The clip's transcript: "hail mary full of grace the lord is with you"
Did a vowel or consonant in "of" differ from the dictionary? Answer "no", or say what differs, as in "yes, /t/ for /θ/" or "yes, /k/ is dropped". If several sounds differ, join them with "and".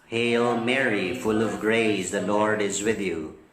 no